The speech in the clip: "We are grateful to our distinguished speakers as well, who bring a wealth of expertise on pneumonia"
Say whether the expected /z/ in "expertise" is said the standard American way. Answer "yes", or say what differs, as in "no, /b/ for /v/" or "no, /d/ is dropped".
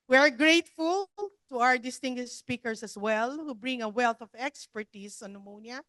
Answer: no, /s/ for /z/